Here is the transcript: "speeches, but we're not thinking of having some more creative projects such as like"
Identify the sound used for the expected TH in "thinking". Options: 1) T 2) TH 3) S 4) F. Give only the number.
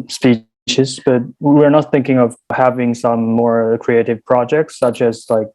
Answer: 2